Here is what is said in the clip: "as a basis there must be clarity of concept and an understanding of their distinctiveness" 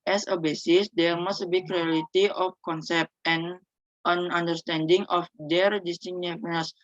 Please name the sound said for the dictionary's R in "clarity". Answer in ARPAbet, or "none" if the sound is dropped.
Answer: L